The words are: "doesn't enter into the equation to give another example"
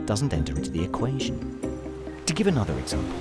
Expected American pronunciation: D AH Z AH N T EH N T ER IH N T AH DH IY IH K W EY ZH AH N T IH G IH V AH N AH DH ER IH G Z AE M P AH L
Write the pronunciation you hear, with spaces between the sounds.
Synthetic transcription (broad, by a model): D AH Z N T EH N T ER IH N T AH DH IY IH K W EY ZH AH N T IH G IH V AH N AH DH ER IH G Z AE M P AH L